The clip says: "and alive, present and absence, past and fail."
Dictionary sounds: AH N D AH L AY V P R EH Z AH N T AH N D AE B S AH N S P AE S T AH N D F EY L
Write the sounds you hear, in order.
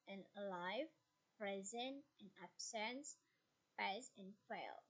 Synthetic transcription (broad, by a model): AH N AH L AY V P R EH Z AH N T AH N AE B S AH N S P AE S AH N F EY L